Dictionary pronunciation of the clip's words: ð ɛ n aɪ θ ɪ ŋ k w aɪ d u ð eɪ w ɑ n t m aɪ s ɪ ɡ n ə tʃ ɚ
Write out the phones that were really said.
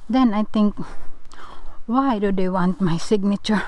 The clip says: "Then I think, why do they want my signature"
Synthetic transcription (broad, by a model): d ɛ n aɪ t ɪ ŋ k w aɪ d u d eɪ w ɑ n t m aɪ s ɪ ɡ n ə tʃ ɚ